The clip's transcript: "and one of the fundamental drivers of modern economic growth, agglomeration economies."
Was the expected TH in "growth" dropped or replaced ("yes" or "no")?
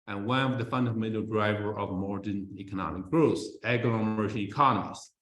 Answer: yes